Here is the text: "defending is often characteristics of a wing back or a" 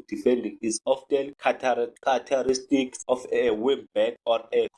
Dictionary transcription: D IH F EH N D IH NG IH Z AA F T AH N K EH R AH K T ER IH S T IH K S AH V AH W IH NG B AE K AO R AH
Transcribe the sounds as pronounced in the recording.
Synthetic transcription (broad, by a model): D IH F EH N D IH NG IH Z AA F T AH L K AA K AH T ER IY S T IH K S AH F AH W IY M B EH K AO R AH